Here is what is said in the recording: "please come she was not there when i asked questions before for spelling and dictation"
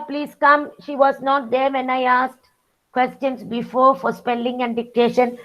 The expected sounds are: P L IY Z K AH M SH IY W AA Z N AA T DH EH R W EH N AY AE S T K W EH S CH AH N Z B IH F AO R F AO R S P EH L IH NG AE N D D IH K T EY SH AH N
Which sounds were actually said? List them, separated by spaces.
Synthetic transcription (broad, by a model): P L IY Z K AH M SH IY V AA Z N AA T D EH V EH N AY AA S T K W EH S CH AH N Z B IH F AO R F AO R S P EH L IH NG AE N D D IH K T EY SH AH N